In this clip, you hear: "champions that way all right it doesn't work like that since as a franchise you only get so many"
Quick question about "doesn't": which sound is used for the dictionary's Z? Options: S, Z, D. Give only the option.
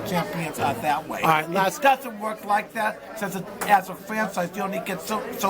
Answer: Z